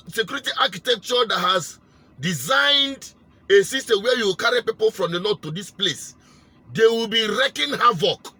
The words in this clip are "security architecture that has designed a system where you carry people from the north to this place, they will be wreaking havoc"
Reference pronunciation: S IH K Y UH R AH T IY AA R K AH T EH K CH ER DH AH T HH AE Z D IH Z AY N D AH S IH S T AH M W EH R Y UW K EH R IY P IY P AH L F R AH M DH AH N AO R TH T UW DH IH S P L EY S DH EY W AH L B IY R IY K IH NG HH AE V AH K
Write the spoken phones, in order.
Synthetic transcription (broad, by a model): S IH K Y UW R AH T IY AA K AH T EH K CH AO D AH T HH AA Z D IH Z AY N D AH S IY S T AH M W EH Y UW K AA R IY P IY P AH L F R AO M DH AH L AO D T UW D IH S P L EY S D EY W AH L B IY R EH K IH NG HH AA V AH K